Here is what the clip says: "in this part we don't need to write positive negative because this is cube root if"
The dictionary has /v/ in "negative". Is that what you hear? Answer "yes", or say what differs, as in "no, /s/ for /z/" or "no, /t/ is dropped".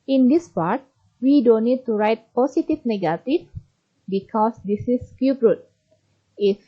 no, /f/ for /v/